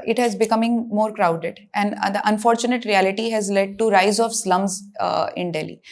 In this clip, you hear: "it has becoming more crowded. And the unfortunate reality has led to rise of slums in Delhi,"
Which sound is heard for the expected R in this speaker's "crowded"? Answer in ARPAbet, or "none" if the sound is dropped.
R